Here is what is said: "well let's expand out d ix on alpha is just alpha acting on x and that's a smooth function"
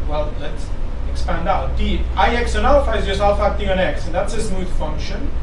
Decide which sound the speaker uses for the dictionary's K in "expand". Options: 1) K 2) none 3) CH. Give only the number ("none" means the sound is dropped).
1